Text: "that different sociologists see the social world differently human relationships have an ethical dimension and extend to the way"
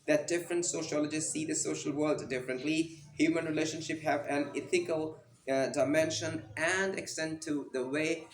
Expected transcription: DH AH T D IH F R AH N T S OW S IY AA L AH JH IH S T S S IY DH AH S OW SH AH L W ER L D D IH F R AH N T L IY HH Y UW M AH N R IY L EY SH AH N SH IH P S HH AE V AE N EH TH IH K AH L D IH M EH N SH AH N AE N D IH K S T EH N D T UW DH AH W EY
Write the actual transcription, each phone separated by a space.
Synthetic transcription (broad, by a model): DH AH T D IH F R AH N T S OW SH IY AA L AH JH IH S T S S IY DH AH S OW SH AH L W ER L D D IH F R AH N T L IY HH Y UW M AH N R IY L EY SH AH N SH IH P HH AE V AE N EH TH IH K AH L D IH M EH N SH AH N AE N D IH K S T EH N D T UW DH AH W EY